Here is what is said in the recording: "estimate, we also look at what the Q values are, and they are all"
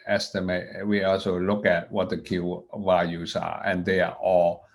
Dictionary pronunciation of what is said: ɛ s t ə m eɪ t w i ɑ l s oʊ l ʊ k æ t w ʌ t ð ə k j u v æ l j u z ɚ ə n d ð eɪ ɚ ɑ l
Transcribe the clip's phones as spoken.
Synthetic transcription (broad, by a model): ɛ s t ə m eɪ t w i ɑ l s oʊ l ʊ k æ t w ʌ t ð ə k j u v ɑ j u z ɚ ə n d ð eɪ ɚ ɑ l